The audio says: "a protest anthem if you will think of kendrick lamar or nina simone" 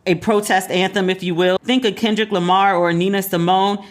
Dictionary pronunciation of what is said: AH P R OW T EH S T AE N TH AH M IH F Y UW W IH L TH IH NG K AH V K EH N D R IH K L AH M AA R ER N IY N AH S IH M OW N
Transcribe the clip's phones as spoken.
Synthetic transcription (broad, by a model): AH P R OW T EH S T AE N TH AH M IH F Y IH W IH L TH IH NG K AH K EH N D R IH K L AH M AA R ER N IY N AH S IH M OW N